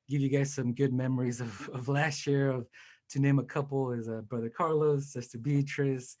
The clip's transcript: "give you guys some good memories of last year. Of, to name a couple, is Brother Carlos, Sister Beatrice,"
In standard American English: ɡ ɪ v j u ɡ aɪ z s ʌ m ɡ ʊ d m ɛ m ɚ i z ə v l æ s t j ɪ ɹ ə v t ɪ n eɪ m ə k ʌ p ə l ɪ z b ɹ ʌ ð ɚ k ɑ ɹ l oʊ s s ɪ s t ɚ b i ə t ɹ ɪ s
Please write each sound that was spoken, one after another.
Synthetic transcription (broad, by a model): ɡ ɪ v j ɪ ɡ aɪ z s ʌ m ɡ ʊ d m ɛ m ɚ i z ə v l æ s t j ɪ ɹ ə v t ɪ n eɪ m ə k ʌ p l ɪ z b ɹ ʌ ð ɚ k ɑ ɹ l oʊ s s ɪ s t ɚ b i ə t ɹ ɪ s